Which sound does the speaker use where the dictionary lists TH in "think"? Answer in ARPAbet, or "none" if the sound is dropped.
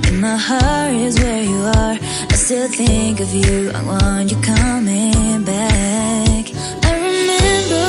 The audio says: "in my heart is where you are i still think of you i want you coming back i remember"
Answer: TH